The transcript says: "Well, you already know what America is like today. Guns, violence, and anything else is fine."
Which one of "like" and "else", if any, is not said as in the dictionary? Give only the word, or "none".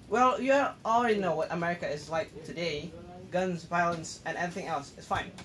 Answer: none